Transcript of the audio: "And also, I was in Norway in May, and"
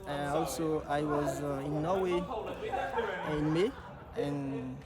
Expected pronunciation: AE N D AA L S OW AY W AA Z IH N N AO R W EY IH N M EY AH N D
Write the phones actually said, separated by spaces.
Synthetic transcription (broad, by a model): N AA L S OW AY W AA Z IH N N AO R W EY IH N M EY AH N